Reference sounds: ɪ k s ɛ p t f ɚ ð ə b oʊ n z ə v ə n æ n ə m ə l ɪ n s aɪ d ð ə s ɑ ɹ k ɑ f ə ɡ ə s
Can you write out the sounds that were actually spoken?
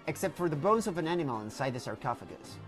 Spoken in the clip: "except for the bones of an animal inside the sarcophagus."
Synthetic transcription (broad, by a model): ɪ k s ɛ p t f ɚ ð ə b oʊ n z ə v ə n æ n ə m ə l ɪ n s aɪ d ð ə s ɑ ɹ k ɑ f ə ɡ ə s